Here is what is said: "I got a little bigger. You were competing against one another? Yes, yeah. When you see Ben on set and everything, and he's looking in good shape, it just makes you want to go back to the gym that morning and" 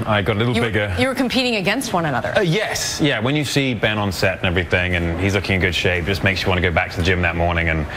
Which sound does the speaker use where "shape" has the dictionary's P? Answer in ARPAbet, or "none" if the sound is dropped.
none